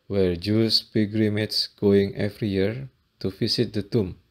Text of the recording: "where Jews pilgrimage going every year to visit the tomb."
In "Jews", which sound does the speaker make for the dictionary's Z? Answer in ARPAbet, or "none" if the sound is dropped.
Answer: S